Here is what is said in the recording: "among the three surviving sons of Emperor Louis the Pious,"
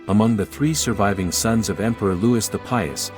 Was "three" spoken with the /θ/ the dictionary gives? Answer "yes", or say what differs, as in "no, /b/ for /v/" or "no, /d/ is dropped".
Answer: yes